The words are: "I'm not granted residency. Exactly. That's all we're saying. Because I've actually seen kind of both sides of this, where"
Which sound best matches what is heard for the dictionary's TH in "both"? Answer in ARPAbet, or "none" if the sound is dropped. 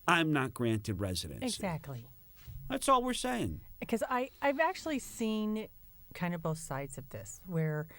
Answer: TH